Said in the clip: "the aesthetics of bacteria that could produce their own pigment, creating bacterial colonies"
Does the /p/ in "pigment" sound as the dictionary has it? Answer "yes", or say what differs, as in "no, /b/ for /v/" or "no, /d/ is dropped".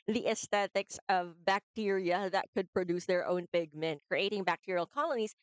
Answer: no, /b/ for /p/